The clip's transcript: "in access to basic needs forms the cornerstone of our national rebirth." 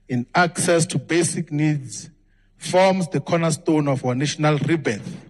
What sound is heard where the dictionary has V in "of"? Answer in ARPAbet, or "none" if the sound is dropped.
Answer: F